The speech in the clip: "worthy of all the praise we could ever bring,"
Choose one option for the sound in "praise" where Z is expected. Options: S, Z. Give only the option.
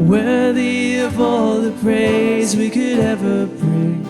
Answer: Z